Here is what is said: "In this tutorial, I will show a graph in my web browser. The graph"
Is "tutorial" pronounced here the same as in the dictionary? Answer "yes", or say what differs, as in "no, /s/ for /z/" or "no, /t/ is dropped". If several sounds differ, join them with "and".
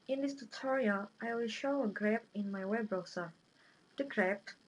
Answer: yes